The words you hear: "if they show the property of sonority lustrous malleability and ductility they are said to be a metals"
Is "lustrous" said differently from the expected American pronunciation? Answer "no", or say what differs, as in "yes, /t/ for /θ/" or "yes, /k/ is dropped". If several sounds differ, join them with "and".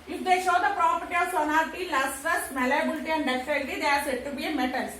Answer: yes, /ɹ/ is dropped